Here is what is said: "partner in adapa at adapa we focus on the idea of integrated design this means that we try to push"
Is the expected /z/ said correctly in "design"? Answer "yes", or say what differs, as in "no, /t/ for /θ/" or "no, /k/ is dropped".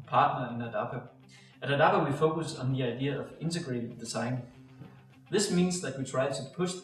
no, /s/ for /z/